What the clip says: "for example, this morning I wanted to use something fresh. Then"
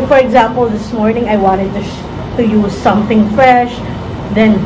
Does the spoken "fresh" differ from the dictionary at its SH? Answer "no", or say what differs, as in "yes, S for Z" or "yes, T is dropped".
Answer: no